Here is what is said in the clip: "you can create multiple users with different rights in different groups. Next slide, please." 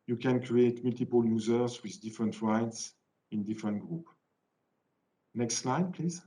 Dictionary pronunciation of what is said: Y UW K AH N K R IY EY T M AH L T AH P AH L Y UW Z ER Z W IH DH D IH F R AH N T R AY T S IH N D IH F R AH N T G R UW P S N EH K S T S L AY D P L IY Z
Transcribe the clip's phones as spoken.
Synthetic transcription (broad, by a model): Y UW K AH N K R IY EY T M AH L T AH P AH L Y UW Z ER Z W IH DH D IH F R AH N T R AY T S IH N D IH F R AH N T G R UW P N EH K S T S L AY D P L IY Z